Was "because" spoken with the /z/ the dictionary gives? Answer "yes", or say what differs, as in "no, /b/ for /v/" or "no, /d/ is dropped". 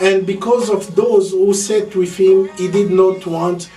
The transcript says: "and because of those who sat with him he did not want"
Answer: yes